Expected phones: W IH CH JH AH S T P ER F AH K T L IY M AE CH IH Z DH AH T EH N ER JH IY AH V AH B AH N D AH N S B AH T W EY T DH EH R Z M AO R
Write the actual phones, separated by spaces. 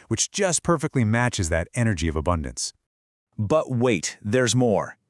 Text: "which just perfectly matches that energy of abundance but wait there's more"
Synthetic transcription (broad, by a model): W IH CH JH AH S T P ER F AH K T L IY M AE CH IH Z DH AH T EH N ER JH IY AH V AH B AH N D AH N S B AH T W EY T DH EH R Z M AO R